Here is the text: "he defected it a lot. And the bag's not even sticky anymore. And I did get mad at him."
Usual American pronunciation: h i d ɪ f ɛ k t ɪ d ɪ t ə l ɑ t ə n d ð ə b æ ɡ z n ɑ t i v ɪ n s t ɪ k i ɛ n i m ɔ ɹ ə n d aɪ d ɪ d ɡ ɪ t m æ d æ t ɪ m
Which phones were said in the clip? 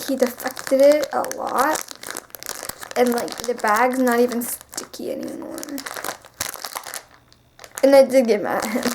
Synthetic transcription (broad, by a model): h i d ɪ f ɛ k t ɪ d ɪ t ə l ɑ t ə n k ð ə b æ ɡ z n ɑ t i v ɪ n s t ɪ k i ɛ n i m ɔ ɹ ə n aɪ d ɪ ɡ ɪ m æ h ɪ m